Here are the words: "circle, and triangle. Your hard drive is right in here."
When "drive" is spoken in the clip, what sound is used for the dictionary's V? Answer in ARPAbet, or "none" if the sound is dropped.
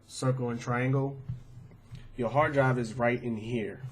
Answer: B